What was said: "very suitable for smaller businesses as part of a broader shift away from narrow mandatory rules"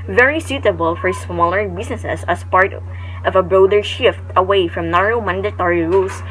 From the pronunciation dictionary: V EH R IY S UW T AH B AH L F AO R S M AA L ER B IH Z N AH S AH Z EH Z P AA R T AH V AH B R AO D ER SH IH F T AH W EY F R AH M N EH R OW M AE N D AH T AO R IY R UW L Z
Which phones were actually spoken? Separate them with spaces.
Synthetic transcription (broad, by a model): V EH R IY S UW T AH B AH L F AO R S M AA L ER B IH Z N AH S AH S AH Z P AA R T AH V AH B R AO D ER SH IH F T AH W EY F R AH M N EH R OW M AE N D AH T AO R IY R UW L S